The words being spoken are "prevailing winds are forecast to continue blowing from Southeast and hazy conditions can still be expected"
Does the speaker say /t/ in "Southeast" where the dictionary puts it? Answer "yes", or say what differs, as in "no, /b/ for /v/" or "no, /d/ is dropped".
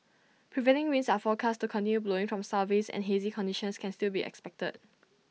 no, /t/ is dropped